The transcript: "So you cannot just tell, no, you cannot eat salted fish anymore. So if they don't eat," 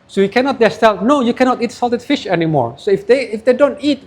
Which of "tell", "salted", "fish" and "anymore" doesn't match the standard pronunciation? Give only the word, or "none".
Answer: none